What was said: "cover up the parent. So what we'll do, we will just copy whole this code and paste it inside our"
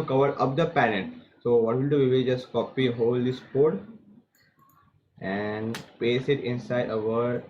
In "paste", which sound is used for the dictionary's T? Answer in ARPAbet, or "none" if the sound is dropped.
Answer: none